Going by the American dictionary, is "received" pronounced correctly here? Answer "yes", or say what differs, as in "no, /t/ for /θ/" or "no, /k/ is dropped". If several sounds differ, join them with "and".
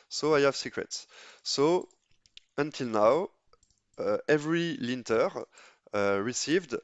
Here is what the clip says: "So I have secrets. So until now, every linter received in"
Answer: yes